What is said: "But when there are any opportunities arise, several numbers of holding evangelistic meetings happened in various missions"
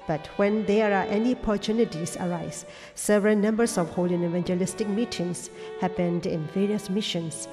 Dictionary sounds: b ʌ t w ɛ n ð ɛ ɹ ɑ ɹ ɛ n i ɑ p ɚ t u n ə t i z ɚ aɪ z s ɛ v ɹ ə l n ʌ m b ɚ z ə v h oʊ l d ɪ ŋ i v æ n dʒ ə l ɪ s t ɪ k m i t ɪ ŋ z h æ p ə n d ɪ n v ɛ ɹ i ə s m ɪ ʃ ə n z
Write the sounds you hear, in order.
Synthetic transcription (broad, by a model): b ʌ t w ɛ n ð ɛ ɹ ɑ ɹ ɛ n i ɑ p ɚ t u n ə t i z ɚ aɪ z s ɛ v ɹ ə l n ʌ m b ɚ s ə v h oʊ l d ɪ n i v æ n dʒ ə l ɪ s t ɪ k m i t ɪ ŋ s h æ p ə n d ɪ n v ɛ ɹ i ə s m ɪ ʃ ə n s